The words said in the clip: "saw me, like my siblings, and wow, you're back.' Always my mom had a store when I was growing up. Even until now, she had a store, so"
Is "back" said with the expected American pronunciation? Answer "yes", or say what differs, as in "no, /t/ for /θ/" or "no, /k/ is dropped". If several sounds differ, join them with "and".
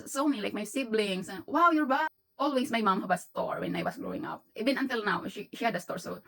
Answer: no, /k/ is dropped